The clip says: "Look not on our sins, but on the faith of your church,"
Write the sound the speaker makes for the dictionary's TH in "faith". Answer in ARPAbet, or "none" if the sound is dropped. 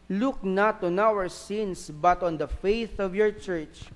TH